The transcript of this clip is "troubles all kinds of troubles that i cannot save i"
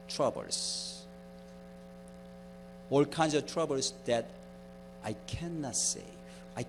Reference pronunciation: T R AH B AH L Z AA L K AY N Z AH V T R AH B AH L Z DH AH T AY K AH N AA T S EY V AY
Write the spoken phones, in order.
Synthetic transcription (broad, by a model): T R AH B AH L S AA L K AY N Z AH V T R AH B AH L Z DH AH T AY K AH N AA T S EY AY